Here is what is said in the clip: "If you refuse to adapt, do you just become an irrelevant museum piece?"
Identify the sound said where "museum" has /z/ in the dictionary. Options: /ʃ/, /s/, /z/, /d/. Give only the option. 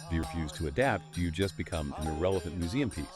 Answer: /z/